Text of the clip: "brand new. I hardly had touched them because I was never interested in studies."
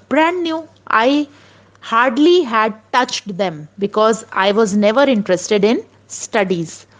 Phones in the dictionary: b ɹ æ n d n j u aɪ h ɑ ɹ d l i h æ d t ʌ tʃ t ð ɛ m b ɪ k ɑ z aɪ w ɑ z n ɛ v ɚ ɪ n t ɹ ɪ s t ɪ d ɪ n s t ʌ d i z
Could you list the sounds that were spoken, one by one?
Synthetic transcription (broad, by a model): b ɹ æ n d n j u aɪ h ɑ ɹ d l i h æ d t ʌ tʃ t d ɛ m b ɪ k ɑ z aɪ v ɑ z n ɛ v ɚ ɪ n t ɹ ɪ s t ɪ d ɪ n s t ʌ d i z